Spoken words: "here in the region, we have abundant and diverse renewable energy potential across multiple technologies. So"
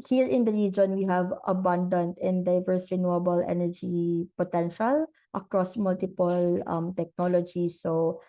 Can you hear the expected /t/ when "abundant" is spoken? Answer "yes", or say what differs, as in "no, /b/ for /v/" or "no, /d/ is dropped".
yes